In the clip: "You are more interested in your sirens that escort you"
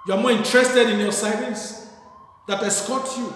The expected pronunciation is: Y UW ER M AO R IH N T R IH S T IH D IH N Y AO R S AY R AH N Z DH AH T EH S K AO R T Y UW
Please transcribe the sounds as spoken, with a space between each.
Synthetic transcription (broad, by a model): Y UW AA M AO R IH N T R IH S T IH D IH N Y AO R S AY L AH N S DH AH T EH S K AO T Y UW